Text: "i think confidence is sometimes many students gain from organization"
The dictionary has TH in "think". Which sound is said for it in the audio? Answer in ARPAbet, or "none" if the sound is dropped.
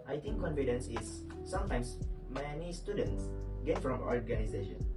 T